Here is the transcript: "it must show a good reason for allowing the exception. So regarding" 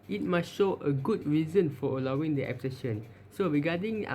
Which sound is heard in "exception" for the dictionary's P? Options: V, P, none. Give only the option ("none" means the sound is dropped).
none